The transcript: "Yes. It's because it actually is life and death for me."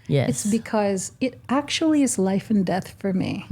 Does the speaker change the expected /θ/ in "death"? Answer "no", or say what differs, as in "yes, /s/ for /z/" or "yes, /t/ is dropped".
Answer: no